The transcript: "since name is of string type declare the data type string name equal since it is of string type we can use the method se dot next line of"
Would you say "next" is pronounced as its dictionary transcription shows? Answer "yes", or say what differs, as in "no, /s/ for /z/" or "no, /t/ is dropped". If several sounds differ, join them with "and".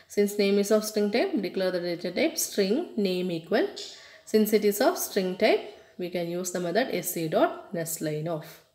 no, /k/ is dropped